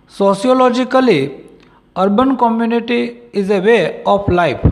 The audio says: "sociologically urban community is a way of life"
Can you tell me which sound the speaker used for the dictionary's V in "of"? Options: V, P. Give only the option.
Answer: P